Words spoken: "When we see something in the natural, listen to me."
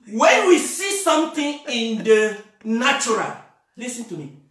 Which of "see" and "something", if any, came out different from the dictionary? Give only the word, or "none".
something